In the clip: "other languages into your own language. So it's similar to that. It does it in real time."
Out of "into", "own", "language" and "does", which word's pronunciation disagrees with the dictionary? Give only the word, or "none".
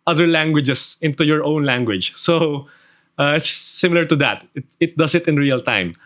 does